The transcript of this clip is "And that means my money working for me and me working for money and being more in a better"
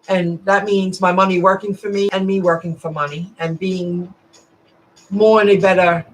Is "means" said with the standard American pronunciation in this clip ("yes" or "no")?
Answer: yes